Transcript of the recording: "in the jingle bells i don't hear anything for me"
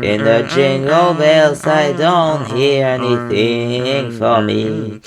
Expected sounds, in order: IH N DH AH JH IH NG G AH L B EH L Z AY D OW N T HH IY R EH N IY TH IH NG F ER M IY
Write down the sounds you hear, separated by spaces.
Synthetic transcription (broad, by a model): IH N DH AH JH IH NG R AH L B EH L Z AY D OW N T HH IY R EH N IY TH IH NG F ER M IY